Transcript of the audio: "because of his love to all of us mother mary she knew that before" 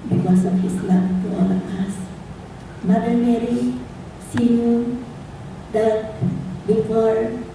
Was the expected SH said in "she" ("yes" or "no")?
no